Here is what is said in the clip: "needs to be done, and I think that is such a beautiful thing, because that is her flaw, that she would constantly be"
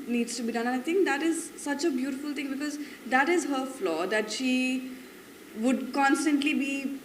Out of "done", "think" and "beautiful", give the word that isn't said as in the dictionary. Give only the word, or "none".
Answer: think